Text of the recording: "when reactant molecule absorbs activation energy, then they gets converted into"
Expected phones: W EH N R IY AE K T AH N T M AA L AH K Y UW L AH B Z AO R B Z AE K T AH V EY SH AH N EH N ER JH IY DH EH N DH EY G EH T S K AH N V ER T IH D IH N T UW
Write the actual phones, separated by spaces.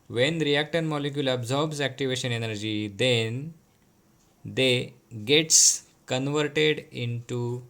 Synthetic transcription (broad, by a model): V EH N R IY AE K T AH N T M AA L AH K Y UW L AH B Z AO R B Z AE K T AH V EY SH AH N EH N ER JH IY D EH N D EY G EH T S K AH N V ER T IH D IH N T UW